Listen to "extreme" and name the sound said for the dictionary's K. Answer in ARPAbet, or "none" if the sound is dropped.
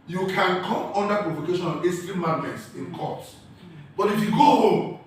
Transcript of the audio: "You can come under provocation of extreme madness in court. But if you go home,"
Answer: none